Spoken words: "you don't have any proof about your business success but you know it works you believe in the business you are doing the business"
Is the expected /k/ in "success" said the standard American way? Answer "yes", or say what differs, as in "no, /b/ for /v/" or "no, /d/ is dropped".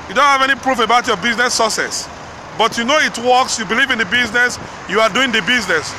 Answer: no, /k/ is dropped